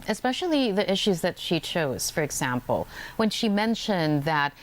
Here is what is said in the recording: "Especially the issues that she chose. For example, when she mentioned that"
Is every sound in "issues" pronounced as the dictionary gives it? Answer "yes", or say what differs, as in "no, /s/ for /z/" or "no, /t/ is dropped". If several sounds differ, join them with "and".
yes